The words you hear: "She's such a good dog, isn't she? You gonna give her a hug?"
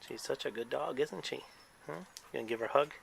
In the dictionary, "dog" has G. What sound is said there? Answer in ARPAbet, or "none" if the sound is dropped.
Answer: G